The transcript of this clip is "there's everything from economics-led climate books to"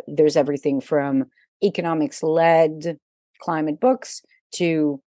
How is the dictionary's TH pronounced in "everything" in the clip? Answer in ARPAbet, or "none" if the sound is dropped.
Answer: TH